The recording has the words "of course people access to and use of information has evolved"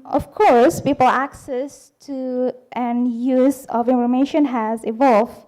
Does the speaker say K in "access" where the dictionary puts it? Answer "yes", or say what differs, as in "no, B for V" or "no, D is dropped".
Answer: yes